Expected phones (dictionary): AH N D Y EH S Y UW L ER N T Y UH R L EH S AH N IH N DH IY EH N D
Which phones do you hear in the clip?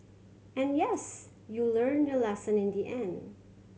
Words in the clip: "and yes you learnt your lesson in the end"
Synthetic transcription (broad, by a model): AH N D Y EH S Y UW L ER N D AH L EH S AH N IH N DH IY EH N D